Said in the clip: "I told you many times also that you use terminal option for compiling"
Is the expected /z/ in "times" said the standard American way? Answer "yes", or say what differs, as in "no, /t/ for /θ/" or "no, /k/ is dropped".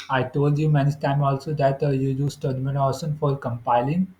no, /z/ is dropped